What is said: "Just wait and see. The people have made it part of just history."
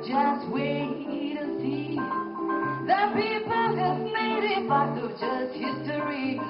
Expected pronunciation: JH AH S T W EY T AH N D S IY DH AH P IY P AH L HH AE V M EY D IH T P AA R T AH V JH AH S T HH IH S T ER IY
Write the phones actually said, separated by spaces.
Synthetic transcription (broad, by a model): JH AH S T W EY T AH S IY DH AH P IY P AH L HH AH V M EY D IH T B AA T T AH JH AH S T HH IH S T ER IY